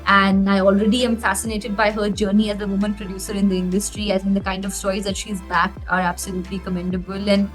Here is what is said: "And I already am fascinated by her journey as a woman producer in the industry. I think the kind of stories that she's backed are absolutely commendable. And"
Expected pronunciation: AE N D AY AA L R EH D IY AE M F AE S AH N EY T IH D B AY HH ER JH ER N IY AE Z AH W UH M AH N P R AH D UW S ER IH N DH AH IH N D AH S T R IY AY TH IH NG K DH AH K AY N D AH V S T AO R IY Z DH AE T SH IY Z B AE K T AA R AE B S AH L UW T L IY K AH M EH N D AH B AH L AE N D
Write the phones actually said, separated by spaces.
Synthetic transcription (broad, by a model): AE N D AY AA L R EH D IY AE M F AE S AH N EY T IH D B AY HH ER JH ER N IY AE Z AH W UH M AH N P R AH D UW S ER IH N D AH IH N D AH S T R IY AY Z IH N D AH K AY N D AH V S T AO IY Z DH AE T SH IY Z B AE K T AA R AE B S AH L UW T L IY K AH M EH N D AH B AH L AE N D